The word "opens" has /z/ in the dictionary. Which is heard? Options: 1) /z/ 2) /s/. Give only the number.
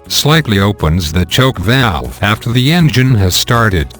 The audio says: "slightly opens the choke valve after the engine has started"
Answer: 1